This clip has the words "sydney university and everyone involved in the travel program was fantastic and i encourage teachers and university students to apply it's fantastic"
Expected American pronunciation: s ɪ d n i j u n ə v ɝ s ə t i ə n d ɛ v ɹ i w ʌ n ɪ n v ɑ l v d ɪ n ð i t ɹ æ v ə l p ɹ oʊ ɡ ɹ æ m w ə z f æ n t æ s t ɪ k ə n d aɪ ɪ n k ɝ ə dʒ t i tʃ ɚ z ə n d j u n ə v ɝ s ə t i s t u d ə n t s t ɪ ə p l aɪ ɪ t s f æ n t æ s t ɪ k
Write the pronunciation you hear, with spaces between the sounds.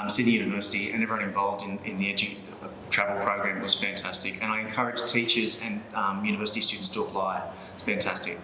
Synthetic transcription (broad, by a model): s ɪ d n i j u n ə v ɝ s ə t i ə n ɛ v i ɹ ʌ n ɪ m v ɑ l v d ɪ n ð i t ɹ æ v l p ɹ oʊ ɡ ɹ æ m w ə z f æ n t æ s t ɪ k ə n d aɪ ɪ n k ɝ ə dʒ t i tʃ ɚ z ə n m j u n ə v ɝ s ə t i s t u d n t s t ɪ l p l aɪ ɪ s f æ n t æ s t ɪ k